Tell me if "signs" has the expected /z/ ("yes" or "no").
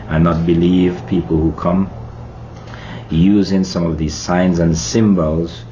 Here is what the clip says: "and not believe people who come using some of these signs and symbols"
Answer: yes